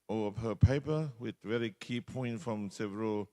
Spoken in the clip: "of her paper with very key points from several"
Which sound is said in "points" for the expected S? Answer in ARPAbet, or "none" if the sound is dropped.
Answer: none